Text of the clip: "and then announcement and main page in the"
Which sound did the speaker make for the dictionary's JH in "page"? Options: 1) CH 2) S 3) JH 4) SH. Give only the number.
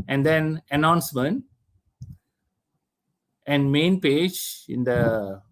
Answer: 3